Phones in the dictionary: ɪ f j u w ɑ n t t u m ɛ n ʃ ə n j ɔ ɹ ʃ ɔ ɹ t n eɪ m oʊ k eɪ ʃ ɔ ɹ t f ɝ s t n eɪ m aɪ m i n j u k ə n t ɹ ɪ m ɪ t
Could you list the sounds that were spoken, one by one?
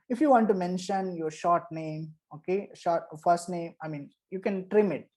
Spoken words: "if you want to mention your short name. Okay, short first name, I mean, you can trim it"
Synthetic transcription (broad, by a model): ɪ f j u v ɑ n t t u m ɛ n ʃ ə n j ɔ ɹ ʃ ɔ ɹ t n eɪ m oʊ k eɪ ʃ ɔ ɹ t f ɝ s t n eɪ m aɪ m i n j u k ə n t ɹ ɪ m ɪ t